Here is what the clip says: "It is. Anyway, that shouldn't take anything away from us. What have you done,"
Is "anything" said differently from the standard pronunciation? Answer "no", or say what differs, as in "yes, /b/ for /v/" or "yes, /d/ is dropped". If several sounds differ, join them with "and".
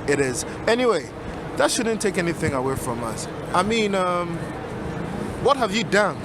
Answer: no